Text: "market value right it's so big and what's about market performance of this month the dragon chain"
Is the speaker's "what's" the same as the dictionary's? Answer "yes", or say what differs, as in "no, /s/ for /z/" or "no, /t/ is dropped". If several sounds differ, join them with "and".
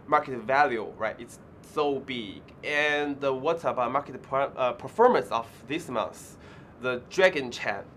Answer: no, /s/ is dropped